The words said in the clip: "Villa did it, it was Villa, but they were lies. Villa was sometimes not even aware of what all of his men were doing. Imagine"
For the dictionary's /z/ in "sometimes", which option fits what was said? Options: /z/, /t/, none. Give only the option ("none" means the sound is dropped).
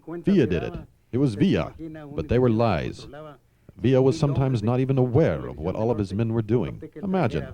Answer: /z/